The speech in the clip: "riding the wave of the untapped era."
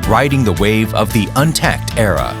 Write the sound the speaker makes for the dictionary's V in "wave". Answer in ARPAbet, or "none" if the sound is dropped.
V